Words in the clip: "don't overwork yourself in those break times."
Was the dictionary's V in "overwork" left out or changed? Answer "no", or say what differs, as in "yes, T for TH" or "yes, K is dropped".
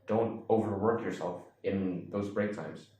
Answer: no